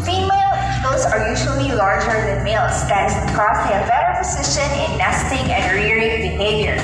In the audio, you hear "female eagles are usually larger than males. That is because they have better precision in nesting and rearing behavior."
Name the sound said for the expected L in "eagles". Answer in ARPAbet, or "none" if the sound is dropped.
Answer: none